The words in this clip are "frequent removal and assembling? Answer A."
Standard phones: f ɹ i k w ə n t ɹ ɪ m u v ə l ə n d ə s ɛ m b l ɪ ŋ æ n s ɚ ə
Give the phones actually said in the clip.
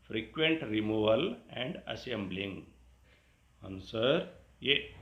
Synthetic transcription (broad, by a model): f ɹ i k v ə n t ɹ ɪ m u v ə l ə n d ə s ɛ m b l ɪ ŋ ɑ n s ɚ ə